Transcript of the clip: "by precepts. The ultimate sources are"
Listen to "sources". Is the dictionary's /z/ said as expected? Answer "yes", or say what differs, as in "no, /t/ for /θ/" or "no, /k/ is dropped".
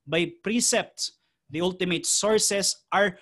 no, /s/ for /z/